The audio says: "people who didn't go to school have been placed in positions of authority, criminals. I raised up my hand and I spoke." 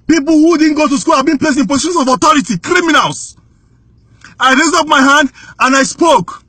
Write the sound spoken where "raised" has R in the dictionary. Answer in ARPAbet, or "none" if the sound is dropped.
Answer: R